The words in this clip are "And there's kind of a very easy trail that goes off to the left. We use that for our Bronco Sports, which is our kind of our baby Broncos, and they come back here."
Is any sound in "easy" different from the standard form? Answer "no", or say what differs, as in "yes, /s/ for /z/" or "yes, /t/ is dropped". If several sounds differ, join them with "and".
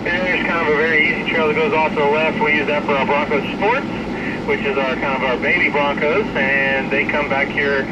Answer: no